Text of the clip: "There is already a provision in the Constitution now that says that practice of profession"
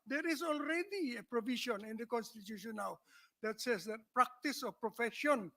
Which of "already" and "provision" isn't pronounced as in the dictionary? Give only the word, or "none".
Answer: provision